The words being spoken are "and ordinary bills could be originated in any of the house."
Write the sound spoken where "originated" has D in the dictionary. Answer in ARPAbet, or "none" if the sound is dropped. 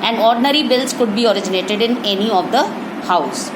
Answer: D